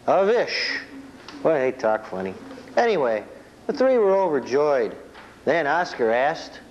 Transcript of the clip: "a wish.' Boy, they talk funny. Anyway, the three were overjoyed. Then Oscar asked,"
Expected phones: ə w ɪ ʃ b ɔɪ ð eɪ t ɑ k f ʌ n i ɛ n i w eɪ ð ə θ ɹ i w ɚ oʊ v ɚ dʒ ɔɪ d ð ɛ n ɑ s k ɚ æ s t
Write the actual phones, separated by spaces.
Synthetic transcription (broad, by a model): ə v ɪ ʃ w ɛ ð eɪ t ɑ k f ʌ n i ɛ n i w eɪ ð ə θ ɹ i w ɚ oʊ v ɚ dʒ ɔɪ d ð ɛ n ɑ s k ɚ æ s t